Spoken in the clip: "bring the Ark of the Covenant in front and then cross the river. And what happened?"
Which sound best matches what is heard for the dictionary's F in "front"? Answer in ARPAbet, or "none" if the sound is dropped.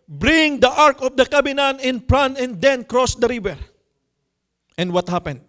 P